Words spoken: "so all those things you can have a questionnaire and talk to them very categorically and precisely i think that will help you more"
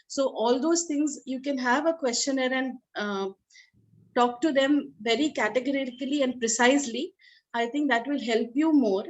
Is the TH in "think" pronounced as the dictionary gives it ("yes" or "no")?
no